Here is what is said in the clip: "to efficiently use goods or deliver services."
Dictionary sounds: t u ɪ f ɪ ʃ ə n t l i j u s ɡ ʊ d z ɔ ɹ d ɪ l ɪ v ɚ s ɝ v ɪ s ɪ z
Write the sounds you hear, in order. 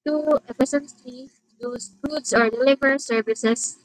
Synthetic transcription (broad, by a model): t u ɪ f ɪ s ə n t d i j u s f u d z ɔ ɹ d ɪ l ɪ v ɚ s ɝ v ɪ s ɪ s